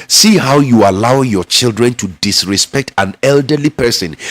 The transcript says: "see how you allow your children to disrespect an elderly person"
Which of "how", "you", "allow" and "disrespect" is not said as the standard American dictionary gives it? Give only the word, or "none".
none